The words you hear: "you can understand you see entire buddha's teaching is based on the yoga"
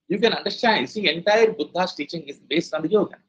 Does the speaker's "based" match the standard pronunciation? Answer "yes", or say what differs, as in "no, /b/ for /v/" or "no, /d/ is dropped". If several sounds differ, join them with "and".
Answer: no, /t/ is dropped